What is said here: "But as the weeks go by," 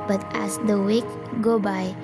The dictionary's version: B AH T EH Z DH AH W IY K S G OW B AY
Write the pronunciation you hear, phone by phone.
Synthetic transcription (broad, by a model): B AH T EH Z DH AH W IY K G OW B AY